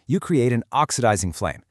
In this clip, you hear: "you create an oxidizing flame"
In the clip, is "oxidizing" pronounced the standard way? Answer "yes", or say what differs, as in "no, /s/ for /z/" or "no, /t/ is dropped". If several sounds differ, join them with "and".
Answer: yes